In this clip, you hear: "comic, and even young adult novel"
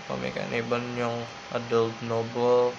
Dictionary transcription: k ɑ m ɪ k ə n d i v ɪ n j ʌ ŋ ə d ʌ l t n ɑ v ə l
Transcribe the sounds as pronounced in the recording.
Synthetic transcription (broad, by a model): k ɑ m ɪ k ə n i b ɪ n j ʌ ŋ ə d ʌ l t n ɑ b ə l